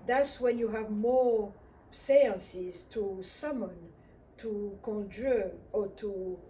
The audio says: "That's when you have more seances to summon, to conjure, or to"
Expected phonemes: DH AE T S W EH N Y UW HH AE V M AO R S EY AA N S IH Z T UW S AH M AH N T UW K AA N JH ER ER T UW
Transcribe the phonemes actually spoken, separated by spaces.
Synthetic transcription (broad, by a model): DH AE T S W EH N Y UW HH AE V M AO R S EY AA N S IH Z T UW S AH M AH N T UW K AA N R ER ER T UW